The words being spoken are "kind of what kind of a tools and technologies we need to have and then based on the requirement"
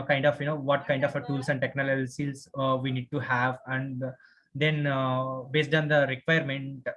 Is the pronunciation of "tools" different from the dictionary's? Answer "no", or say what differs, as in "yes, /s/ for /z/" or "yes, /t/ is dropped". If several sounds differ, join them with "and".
yes, /s/ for /z/